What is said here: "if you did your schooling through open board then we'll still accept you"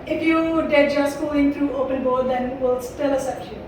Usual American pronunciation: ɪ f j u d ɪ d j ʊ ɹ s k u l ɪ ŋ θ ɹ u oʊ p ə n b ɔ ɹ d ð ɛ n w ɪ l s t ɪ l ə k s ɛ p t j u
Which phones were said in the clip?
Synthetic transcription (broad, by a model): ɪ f j u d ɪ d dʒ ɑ s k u ɪ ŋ t ɹ u oʊ p ə n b ɔ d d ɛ n w ɪ l s t ɪ l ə s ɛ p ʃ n